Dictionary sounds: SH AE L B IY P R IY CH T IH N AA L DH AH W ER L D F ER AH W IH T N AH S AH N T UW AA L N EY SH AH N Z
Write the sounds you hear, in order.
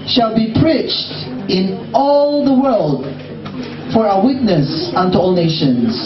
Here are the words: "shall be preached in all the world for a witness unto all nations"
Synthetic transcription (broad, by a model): SH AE L B IY P R IY CH T IH N AA L DH AH W ER L D F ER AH W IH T N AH S AH N T UW AA L N EY SH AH N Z